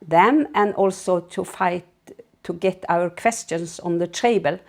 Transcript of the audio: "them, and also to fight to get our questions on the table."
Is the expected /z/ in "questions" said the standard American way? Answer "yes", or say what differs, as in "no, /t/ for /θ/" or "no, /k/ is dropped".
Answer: no, /s/ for /z/